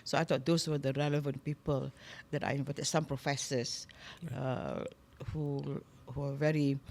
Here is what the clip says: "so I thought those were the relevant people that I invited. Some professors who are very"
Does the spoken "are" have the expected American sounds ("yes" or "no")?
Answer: no